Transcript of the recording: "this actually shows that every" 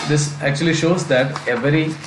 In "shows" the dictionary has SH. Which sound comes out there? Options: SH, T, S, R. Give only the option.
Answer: SH